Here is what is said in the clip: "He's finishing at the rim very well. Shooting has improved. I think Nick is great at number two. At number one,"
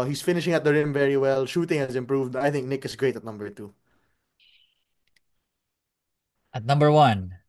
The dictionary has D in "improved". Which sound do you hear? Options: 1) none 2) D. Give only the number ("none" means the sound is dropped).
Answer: 2